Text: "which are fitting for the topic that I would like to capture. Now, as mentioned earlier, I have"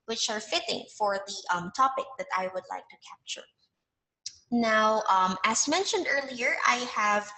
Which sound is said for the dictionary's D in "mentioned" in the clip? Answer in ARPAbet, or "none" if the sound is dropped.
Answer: D